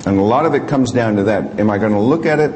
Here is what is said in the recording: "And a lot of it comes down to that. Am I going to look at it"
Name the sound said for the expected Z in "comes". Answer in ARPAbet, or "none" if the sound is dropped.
Z